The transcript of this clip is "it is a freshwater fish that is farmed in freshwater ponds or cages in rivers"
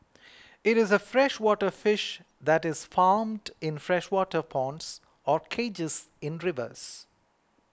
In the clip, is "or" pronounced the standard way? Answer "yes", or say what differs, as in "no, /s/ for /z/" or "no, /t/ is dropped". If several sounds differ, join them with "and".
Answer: yes